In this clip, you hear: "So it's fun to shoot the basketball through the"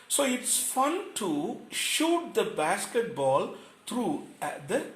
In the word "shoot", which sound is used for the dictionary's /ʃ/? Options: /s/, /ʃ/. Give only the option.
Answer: /ʃ/